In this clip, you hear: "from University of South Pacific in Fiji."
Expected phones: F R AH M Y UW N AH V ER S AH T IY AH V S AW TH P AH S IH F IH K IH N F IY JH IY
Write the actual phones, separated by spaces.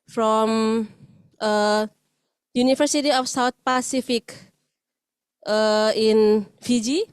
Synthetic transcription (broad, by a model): F R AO M Y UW N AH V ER S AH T IY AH F S AW T P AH S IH F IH K IH N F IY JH IY